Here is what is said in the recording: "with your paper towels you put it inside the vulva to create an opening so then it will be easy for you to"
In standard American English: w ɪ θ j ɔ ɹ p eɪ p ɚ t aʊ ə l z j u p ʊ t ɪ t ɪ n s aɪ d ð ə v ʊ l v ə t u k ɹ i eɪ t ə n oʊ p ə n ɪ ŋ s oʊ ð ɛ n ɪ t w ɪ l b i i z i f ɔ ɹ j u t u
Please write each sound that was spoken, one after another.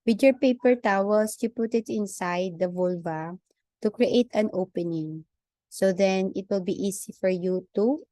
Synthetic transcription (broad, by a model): w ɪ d j ɔ ɹ p eɪ p ɚ t aʊ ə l s j u p ʊ t ɪ t ɪ n s aɪ d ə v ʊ l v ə t u k ɹ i eɪ t ə n oʊ p ə n ɪ ŋ s oʊ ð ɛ n ɪ t w ɪ l b i i s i f ɔ ɹ j u t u